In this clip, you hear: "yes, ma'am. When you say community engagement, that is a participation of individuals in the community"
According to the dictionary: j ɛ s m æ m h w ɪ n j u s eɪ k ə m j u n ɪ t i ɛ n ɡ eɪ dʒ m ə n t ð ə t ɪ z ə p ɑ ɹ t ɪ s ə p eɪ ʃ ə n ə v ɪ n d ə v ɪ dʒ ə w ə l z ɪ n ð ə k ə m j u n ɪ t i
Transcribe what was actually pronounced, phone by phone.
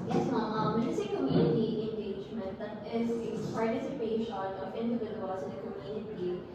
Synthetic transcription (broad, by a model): j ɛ s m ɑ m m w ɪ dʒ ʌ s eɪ k ə m j u n ɪ t i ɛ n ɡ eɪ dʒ m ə n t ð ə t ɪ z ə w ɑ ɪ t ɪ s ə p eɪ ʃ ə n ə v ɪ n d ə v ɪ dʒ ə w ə z ɪ n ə k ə m j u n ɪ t i